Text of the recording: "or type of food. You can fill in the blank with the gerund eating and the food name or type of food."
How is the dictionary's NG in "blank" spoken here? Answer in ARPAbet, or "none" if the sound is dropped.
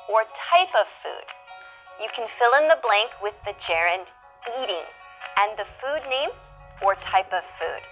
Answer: NG